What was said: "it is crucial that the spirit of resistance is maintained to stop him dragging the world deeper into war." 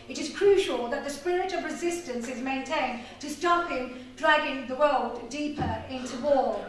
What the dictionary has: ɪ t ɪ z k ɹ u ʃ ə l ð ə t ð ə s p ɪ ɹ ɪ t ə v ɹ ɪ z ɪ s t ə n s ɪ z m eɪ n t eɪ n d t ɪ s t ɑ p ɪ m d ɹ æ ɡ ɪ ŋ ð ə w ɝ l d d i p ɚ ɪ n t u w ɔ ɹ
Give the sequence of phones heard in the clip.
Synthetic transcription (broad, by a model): ɪ t ɪ z k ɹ u ʃ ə l ð ə t ð ə s p ɪ ɹ ɪ t ə v ɹ ɪ z ɪ s t ə n s ɪ z m eɪ n t eɪ n t ɪ s t ɑ p ɪ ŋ d ɹ æ ɡ ɪ ŋ ð ə w ɝ l d d i p ɚ ɪ n t u w ɔ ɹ